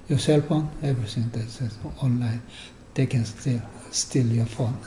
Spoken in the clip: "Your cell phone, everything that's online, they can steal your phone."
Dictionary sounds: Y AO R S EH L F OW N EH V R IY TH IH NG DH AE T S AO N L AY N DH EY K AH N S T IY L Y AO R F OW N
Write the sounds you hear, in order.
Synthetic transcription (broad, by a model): Y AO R S EH L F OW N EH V R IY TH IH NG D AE S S AO N L AY N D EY K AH N S T IY L Y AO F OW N